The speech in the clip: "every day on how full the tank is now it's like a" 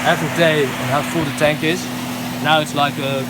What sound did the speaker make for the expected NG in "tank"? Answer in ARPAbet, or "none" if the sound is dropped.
NG